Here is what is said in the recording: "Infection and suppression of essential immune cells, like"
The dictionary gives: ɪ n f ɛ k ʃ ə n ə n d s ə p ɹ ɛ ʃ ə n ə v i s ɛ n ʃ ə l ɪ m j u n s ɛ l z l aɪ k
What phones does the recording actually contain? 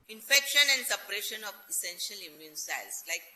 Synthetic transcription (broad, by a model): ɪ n f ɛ k ʃ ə n ə n d s ə p ɹ ɛ ʃ ə n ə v i s ɛ n ʃ ə l ɪ m j u n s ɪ l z l aɪ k